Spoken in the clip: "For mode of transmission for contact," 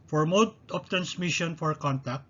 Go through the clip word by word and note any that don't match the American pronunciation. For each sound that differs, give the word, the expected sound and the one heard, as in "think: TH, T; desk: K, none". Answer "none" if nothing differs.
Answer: of: V, P